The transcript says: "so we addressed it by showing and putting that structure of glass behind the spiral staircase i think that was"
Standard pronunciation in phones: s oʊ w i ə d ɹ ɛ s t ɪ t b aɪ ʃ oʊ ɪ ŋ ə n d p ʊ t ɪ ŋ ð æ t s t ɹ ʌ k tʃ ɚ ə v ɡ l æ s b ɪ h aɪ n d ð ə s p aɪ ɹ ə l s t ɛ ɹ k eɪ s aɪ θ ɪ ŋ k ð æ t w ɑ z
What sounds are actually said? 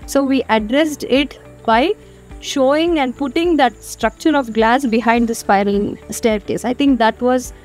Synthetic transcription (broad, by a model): s oʊ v i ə d ɹ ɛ s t ɪ t b aɪ ʃ oʊ ɪ ŋ ə n d p ʊ t ɪ ŋ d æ t s t ɹ ʌ k tʃ ɚ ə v ɡ l æ s b ɪ h aɪ n d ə s p aɪ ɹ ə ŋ s t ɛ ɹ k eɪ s aɪ t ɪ ŋ k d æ t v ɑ z